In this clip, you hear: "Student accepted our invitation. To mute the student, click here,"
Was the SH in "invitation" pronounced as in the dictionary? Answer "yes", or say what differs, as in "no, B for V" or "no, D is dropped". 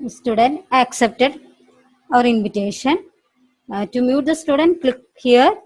yes